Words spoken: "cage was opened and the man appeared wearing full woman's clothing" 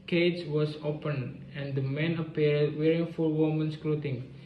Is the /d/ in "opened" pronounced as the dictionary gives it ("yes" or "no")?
no